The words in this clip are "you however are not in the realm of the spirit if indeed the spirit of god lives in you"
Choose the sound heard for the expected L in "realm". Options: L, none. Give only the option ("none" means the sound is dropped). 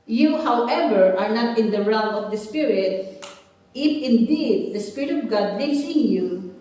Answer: none